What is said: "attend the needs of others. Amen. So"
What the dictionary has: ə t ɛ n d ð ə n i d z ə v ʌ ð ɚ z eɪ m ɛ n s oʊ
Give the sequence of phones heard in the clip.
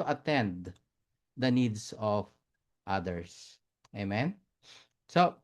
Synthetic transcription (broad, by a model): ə t ɛ n d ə n i d s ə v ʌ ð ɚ s eɪ m ɛ n s oʊ